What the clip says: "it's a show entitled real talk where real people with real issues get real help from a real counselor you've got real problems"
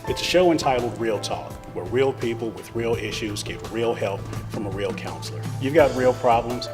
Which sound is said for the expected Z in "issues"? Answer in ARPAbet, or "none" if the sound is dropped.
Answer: Z